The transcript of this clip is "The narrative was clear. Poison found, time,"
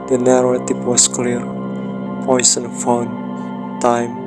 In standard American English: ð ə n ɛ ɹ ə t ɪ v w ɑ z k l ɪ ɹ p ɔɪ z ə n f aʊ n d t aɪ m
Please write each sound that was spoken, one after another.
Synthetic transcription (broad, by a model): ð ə n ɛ ɹ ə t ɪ p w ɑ s k l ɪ ɹ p ɔɪ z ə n f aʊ n t aɪ m